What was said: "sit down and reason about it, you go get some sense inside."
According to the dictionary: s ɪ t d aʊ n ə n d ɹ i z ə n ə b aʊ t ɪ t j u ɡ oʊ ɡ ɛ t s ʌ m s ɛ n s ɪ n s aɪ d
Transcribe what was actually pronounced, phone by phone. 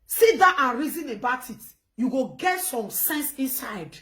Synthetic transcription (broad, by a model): s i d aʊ ə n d ɹ i z ə n ə b aʊ t ɪ t j u ɡ oʊ ɡ ɛ t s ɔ m s ɛ n s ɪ n s aɪ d